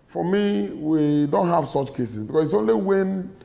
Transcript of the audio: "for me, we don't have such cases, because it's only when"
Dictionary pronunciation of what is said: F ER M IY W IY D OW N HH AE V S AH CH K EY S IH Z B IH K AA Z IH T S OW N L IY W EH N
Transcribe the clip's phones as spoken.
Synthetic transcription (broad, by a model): F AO M IY W IY D OW N HH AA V S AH CH K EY S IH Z B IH K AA S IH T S OW N L IY W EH N